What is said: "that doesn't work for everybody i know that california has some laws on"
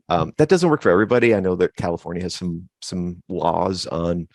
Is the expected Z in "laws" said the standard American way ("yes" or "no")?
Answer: yes